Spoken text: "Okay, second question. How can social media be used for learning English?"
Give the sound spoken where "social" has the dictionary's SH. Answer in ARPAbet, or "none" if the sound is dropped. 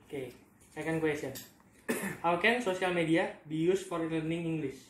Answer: S